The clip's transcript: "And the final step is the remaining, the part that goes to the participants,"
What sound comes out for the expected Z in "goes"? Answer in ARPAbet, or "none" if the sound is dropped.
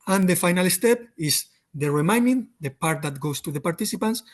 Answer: S